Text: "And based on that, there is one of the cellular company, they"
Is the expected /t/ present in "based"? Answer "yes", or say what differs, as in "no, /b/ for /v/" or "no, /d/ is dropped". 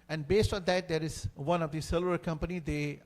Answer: yes